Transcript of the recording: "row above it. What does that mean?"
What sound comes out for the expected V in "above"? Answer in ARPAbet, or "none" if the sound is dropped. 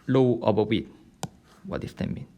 W